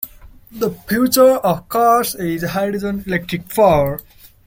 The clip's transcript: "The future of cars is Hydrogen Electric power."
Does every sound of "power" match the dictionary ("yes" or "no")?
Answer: no